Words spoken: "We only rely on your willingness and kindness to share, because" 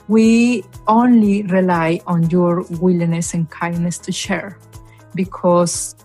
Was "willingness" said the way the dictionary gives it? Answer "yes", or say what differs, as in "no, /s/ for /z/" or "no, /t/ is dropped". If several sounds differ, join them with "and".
no, /ŋ/ is dropped